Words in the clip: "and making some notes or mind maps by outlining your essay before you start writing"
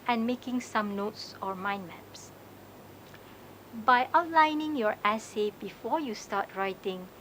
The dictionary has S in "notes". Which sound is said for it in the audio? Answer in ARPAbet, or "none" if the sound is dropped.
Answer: S